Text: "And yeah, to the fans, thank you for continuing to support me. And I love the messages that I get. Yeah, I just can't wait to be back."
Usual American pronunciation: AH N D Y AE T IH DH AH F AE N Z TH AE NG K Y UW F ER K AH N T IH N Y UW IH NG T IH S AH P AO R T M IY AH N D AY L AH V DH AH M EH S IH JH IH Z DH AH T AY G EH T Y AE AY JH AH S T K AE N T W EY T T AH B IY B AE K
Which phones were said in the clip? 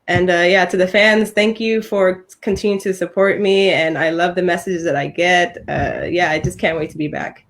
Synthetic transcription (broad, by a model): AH N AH Y AE T IH DH AH F AE N Z TH AE NG K Y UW F ER K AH N T IH N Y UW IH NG T IH S AH P AO R T M IY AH N AY L AH V DH AH M EH S IH JH IH Z DH AH T AY G EH T Y AE AY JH AH S K AE N T W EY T T AH B IY B AE K